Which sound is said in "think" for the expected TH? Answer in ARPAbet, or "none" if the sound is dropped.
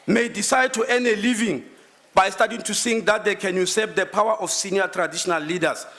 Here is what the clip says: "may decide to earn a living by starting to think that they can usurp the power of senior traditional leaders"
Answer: S